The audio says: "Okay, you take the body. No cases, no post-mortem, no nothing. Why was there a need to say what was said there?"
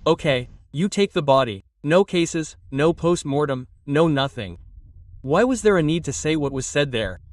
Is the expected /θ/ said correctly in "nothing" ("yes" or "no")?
yes